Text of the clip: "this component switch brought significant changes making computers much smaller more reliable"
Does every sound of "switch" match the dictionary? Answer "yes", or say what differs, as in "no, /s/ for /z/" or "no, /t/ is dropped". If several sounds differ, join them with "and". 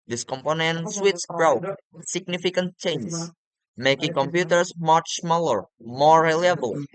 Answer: no, /s/ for /tʃ/